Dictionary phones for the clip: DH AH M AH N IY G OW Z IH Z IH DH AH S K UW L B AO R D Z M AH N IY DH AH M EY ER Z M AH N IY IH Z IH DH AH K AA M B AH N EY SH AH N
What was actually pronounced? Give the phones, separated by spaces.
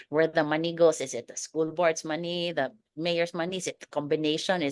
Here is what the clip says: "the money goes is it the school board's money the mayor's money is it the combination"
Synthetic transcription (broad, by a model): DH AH M AH N IY G OW S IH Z IH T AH S K UW L B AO R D S M AH N IY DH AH M EY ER S M AH N IY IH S IH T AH K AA M B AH N EY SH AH N